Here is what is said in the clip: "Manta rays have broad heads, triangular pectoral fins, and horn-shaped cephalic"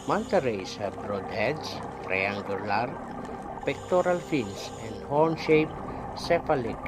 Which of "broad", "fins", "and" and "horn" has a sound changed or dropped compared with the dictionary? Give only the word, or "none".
fins